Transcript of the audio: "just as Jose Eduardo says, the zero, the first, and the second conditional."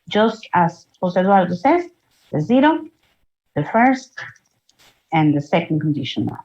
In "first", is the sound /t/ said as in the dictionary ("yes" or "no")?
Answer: yes